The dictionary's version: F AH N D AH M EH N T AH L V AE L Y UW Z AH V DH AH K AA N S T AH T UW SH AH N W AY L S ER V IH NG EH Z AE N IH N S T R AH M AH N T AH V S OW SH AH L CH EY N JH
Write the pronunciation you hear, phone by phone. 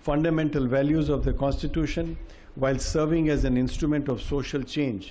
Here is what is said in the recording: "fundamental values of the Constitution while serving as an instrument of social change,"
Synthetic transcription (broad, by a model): F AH N D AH M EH N T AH L V AE L Y UW Z AH V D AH K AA N S T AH T UW SH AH N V AY L S ER V IH NG EH Z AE N IH N S T R AH M AH N T AH V S OW SH AH L CH EY N JH